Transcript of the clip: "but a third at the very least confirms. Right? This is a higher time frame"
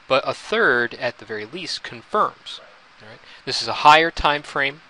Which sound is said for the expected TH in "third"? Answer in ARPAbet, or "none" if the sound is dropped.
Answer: TH